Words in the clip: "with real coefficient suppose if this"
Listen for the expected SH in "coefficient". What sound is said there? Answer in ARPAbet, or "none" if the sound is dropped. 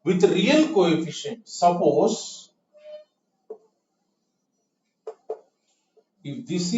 SH